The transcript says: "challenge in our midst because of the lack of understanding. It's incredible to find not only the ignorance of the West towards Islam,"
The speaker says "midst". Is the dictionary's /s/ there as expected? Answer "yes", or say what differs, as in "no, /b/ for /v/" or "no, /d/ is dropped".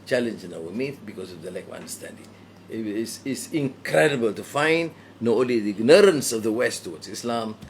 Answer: no, /s/ is dropped